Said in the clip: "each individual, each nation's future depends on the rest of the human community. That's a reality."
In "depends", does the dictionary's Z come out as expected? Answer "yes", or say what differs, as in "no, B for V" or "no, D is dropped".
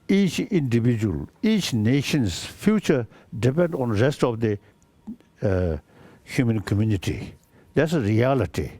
no, Z is dropped